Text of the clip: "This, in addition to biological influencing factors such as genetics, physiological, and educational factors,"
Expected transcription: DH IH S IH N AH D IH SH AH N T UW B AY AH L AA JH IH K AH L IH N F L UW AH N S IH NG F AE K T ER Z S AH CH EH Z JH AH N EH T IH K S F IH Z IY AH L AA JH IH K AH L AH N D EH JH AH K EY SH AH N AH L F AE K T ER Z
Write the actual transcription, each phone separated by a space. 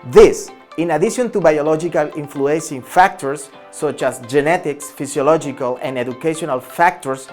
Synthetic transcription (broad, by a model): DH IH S IH N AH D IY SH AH N T UW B AY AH L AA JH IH K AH L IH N F L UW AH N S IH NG F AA K T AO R S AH CH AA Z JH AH N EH T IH K S F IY S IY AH L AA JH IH K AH L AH N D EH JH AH K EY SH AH N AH L F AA K T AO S